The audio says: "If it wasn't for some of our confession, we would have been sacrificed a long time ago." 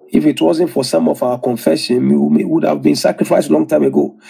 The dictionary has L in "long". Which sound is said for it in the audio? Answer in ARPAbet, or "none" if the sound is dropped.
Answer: L